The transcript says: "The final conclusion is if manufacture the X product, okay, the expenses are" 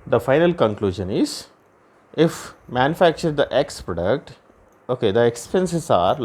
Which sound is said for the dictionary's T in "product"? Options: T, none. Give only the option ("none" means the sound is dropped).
T